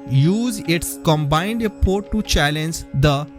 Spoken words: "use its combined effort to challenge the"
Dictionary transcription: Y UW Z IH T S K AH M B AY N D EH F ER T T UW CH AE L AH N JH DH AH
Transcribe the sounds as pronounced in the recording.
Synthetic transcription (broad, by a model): Y UW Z IH T S K AH M B AY N D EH P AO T T UW CH AE L AH N JH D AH